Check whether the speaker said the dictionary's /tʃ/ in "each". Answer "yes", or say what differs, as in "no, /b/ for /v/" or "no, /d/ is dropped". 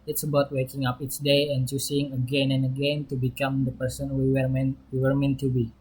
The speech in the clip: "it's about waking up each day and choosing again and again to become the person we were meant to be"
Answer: no, /s/ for /tʃ/